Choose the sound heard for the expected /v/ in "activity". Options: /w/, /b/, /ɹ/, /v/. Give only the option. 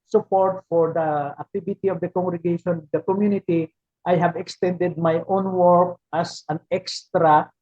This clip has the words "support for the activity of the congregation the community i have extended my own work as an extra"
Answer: /b/